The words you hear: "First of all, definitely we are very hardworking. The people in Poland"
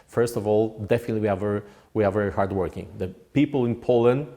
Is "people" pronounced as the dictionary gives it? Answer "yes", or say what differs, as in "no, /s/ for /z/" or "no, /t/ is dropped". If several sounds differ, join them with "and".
yes